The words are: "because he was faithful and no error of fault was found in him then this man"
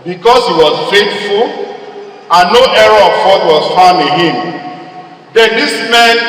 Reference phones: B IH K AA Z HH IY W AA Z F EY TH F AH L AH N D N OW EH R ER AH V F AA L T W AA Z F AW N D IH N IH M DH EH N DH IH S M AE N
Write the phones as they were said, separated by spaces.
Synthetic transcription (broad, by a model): B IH K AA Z HH IY W AA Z F EY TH F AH L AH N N OW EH R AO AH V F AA T W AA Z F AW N IH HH IH M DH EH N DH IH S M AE N